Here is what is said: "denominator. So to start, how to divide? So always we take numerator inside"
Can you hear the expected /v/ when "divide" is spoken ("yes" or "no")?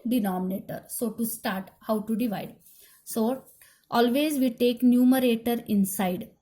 yes